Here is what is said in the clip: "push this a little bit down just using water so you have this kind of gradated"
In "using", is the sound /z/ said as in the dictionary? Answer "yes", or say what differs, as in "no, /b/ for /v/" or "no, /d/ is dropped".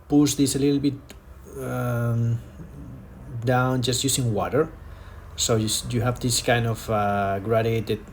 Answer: no, /s/ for /z/